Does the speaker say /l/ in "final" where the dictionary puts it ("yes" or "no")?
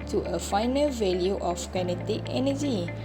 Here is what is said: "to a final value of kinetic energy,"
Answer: yes